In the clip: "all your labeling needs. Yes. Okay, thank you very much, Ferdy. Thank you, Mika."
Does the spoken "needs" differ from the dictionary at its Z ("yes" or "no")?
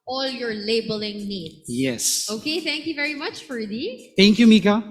yes